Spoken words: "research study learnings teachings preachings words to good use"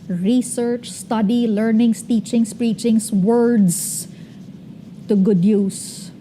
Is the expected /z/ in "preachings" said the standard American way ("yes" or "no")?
no